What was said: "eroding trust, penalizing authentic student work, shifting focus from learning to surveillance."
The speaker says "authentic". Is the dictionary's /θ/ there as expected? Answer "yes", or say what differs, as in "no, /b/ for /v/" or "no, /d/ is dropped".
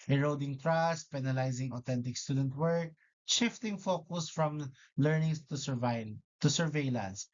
no, /t/ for /θ/